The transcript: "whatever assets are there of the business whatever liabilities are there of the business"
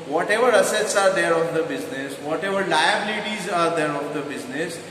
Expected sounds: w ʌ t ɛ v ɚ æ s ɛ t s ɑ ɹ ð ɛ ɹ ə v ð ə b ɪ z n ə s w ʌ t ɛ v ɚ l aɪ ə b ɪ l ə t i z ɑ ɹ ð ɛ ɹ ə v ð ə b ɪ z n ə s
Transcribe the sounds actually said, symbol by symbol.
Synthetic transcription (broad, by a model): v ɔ t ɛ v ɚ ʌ s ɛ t s ɑ ɹ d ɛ ɹ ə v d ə b ɪ z n ə s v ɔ t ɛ v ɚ l aɪ ə b ɪ l ə t i z ɑ ɹ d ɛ ɹ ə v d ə b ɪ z n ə s